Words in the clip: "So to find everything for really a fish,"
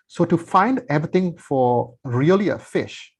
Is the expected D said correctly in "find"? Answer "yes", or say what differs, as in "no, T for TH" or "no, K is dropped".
yes